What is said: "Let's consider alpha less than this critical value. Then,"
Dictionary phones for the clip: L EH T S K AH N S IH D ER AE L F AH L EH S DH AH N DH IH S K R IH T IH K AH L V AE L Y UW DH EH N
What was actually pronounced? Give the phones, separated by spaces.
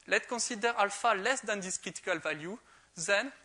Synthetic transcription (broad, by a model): L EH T K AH S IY D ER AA L F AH L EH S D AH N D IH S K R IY T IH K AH L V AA L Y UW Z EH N